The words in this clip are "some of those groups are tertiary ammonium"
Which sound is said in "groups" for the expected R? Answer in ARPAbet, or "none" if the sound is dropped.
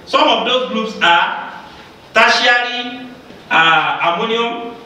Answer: L